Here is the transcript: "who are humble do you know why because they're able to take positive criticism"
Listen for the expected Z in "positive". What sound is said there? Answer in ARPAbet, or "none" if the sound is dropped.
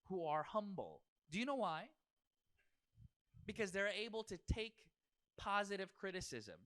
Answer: Z